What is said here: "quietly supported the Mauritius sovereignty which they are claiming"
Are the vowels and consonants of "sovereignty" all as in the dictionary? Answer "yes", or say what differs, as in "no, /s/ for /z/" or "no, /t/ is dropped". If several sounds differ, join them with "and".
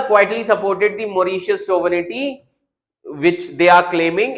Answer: no, /n/ is dropped